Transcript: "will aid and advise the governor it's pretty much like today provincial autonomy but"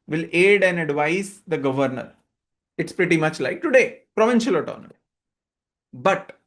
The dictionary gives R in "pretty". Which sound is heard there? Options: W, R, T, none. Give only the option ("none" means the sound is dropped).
R